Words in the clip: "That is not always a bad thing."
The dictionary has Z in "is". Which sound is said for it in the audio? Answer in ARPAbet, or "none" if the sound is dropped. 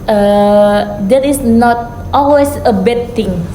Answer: S